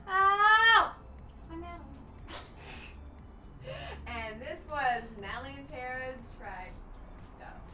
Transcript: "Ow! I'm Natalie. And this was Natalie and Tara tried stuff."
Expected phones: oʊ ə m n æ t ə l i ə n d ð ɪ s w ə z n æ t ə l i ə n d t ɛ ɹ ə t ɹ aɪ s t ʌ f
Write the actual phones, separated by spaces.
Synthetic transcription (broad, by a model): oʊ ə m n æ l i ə n ð ɪ s w ə z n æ l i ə n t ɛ ɹ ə s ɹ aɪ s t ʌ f